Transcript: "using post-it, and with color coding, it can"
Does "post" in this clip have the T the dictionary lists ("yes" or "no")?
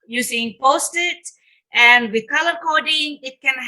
yes